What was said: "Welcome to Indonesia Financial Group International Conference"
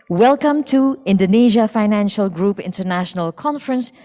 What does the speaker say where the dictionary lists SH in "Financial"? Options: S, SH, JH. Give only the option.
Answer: SH